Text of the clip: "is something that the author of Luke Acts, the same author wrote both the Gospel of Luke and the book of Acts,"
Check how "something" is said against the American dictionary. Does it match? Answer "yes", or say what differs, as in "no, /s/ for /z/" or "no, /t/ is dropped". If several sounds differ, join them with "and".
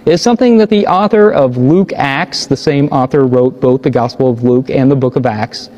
yes